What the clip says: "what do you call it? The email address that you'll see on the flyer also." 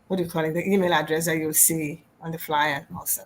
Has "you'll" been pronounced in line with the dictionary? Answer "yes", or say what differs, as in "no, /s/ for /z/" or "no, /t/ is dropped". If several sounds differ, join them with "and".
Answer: no, /w/ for /l/